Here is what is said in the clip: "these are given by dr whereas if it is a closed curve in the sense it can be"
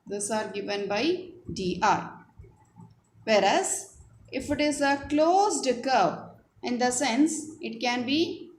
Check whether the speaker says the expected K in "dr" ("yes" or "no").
no